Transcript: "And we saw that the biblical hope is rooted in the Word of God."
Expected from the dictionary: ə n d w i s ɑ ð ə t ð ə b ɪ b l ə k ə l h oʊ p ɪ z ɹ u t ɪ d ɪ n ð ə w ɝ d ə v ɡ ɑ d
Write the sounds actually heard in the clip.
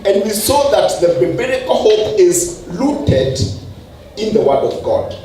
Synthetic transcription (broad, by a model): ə n d w i s ɑ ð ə t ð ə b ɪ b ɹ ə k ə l h oʊ p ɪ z l u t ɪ d ɪ n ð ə w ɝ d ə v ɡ ɑ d